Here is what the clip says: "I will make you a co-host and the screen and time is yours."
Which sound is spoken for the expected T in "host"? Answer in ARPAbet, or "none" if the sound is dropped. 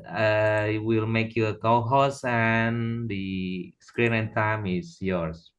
none